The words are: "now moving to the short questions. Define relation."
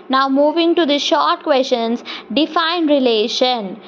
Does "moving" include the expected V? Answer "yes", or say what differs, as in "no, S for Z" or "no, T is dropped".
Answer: yes